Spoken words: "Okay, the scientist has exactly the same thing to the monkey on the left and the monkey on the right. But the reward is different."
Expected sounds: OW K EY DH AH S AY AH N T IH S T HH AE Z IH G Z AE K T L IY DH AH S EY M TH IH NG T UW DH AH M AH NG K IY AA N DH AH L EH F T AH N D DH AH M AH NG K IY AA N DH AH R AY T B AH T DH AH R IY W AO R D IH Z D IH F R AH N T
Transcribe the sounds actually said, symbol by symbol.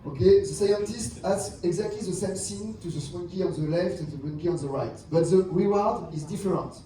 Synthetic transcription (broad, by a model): OW K EY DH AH S AY AH N T IH S T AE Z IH G Z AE K T L IY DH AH S EY M S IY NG T UW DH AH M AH K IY AA N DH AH L EH F T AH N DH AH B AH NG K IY AA N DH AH R AY T B AH T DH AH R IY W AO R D IH Z D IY F R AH N T